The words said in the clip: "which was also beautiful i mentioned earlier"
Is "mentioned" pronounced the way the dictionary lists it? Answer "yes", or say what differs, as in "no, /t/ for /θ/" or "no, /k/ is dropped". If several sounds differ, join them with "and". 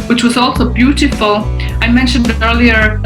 yes